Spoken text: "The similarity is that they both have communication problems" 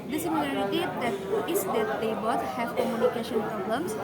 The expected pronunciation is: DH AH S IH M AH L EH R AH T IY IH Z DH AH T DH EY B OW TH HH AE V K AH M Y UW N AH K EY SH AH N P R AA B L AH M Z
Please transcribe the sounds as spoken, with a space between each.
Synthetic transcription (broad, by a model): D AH S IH M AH L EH R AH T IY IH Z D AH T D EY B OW T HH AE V K AH M Y UW N AH K EY SH AH N P R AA B L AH M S